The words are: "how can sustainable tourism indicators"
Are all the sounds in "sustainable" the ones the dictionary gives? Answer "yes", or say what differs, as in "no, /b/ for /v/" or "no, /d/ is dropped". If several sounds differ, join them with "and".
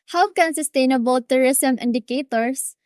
yes